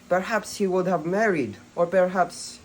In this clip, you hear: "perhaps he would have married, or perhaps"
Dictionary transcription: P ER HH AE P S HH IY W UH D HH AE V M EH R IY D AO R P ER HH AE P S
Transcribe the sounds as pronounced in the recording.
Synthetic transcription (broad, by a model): P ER HH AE P S HH IY W UH D HH AE V M EH R IY D AO R P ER HH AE P S